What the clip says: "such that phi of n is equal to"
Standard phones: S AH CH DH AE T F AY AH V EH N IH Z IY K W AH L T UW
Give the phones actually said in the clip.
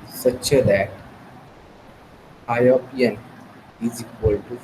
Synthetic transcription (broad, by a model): S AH CH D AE T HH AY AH P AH N IH Z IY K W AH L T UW